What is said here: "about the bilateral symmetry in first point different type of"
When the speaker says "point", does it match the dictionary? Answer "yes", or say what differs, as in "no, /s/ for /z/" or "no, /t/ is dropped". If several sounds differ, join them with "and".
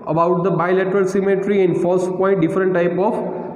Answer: no, /n/ is dropped